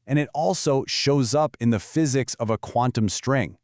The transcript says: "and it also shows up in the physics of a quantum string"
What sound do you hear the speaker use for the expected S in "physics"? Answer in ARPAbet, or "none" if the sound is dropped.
S